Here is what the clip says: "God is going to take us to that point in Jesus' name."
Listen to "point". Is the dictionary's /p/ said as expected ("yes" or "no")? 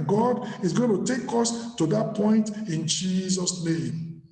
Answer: yes